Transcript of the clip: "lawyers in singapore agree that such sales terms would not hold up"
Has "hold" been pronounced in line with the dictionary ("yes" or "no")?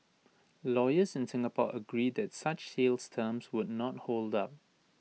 yes